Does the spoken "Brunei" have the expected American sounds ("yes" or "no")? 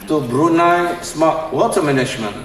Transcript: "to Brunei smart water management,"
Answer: yes